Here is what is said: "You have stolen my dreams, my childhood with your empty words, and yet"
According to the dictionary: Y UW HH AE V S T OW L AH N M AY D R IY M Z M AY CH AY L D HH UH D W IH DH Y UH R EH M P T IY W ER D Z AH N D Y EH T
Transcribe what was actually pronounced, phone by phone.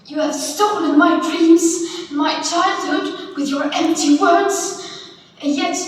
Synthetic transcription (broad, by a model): Y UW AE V S T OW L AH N M AY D R IY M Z M AY CH AY L D HH UH D W IH DH Y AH R EH M P T IY W ER D Z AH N Y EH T